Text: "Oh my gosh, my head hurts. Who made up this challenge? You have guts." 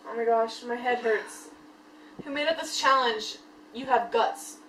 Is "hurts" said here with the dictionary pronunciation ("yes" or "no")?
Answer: yes